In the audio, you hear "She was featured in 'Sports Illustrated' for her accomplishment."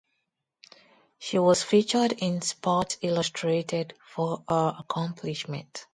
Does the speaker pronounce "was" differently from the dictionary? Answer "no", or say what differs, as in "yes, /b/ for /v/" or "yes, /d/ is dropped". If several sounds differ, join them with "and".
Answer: yes, /s/ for /z/